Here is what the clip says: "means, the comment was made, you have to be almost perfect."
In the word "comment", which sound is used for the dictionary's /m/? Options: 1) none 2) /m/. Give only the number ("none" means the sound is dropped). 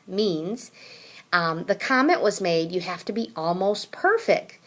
2